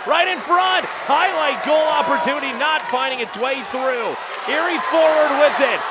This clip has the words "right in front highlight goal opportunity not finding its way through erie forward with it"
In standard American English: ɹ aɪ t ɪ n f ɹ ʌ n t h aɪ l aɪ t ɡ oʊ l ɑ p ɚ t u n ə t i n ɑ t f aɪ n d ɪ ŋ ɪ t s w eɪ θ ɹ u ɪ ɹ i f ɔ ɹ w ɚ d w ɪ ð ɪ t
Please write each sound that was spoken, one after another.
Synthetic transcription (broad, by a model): ɹ aɪ t ɪ n f ɹ ʌ n t h aɪ l aɪ t ɡ oʊ l ɑ p ɚ t u n ə t i n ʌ t f aɪ n d ɪ ŋ ɪ t s w eɪ θ ɹ u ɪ ɹ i f ɔ ɹ w ɚ d w ɪ ð ɪ t